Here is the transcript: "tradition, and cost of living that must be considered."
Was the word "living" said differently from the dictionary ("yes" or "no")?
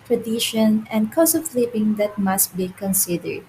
yes